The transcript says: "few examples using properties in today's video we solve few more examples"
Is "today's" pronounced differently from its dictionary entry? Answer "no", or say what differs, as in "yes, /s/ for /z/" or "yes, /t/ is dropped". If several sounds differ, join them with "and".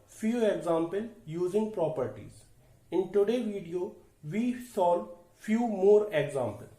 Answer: yes, /z/ is dropped